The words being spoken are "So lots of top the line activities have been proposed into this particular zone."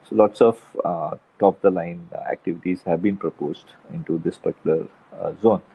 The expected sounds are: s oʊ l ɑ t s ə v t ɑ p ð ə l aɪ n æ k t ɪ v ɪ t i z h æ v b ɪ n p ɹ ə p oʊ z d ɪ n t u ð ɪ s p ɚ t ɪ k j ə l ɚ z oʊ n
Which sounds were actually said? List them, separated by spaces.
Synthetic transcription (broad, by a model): s oʊ l ɑ t s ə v t ɑ p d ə l aɪ n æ k t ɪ v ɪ t i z h æ v b ɪ n p ɹ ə p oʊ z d ɪ n t u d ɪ s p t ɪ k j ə l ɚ z oʊ n